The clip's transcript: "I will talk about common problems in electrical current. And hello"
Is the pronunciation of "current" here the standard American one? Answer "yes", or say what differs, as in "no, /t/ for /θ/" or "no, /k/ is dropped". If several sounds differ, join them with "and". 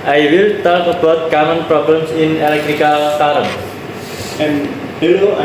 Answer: no, /t/ is dropped